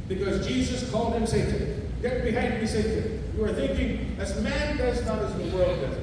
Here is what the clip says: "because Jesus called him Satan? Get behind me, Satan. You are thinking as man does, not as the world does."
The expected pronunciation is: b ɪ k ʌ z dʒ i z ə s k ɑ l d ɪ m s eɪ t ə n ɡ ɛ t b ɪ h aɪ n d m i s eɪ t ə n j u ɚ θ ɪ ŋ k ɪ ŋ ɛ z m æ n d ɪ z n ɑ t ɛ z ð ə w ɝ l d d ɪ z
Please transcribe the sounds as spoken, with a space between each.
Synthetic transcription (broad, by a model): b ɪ k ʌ z dʒ i z ə s k ɑ l d ɪ m s eɪ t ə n ɡ ɛ t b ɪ h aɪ n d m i s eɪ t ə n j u ɚ θ ɪ ŋ k ɪ ŋ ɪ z m æ n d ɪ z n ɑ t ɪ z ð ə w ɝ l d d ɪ